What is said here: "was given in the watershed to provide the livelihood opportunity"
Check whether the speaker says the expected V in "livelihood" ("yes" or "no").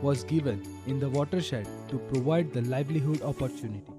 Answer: yes